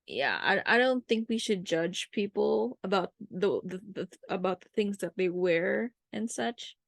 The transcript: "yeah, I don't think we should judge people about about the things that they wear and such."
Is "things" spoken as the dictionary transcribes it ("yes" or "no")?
yes